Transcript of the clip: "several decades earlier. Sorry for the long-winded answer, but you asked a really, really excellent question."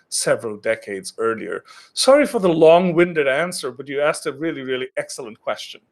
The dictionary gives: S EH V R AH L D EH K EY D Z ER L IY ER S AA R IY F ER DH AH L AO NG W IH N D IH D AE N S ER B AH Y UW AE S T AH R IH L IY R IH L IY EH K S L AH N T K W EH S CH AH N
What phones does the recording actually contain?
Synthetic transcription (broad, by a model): S EH V R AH L D EH K EY D Z ER L IY ER S AA R IY F ER DH AH L AO NG W IH N D IH D AE N S ER B AH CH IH AE S T AH R IH L IY R IH L IY EH K S L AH N K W EH S CH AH N